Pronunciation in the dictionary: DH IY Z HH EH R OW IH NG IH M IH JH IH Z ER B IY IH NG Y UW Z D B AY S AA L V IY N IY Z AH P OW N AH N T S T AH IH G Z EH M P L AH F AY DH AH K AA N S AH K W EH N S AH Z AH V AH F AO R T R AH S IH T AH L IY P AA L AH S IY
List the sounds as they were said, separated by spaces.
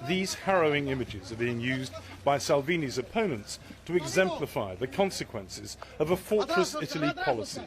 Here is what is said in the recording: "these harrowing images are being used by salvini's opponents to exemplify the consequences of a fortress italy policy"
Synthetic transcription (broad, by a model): DH IY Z HH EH R OW IH NG IH M IH JH IH Z ER B IY IH NG Y UW Z B AY S AA L V IY N IY Z AH P OW N AH N T S T AH IH G Z EH M P L AH F AY DH AH K AA N S AH K W EH N S AH Z AH V AH F AO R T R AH S IH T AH L IY P AA L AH S IY